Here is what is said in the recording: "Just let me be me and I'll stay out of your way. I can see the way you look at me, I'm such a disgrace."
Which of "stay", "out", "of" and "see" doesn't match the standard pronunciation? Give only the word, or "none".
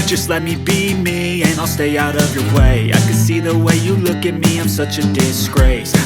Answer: none